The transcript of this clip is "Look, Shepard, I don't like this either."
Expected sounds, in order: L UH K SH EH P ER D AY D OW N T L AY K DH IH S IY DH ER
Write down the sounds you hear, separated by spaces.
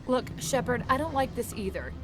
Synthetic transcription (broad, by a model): L UH K SH EH P ER D AY D OW N T L AY K DH IH S IY DH ER